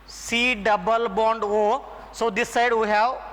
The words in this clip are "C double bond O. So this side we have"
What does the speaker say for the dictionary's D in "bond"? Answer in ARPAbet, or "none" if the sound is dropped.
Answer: D